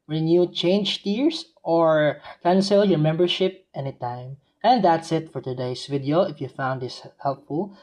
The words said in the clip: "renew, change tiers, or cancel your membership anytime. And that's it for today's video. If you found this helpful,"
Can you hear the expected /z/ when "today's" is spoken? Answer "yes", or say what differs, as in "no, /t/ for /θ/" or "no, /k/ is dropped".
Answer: no, /s/ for /z/